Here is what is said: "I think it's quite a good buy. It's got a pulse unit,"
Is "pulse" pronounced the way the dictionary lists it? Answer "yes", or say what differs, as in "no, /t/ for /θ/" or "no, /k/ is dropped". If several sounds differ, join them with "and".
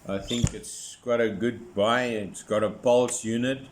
yes